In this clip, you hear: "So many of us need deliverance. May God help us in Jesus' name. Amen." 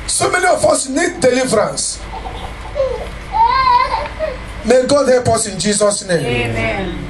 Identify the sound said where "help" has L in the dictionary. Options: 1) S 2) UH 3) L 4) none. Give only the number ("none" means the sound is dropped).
4